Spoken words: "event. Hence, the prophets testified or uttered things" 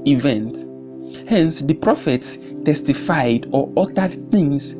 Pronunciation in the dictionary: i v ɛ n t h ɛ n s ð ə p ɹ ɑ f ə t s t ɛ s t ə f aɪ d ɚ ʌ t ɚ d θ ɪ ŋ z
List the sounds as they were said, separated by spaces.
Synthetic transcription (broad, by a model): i v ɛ n t h ɛ n s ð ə p ɹ ɑ f ə t s t ɛ s t ə f aɪ d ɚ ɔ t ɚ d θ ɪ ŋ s